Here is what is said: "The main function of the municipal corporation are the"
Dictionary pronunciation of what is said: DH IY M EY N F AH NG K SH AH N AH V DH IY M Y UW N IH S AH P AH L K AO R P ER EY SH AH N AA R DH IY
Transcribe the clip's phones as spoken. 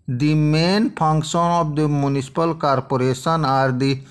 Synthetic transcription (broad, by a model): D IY M EY N P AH NG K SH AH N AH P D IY M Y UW N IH S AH P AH L K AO R P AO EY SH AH N AA R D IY